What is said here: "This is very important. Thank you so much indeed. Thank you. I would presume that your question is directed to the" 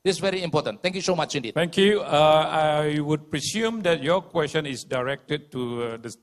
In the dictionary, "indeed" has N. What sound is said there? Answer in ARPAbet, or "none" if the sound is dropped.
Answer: N